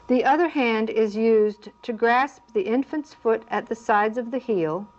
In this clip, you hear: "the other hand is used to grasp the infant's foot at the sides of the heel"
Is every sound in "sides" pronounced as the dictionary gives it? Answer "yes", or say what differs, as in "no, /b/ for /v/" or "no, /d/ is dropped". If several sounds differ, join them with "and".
yes